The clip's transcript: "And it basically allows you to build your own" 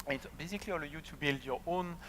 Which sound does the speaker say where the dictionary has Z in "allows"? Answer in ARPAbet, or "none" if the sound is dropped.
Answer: none